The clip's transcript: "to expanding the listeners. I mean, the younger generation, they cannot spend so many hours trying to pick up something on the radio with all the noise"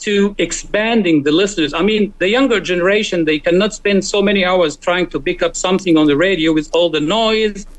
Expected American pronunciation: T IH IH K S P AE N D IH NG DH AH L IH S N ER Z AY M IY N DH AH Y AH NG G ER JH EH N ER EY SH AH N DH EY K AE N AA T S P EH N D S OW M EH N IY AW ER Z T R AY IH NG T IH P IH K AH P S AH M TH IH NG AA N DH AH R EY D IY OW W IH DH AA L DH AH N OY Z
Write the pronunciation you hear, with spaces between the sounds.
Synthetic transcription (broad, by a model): T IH IH K S P AE N D IH NG DH AH L IH S N ER Z AY M IY N DH AH Y AH NG G ER JH EH N ER EY SH AH N DH EY K AE N AA T S P EH N D S OW M EH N IY AW ER Z T R AY IH NG T IH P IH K AH P S AH M TH IH NG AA N DH AH R EY D IY OW W IH DH AA L DH AH N OY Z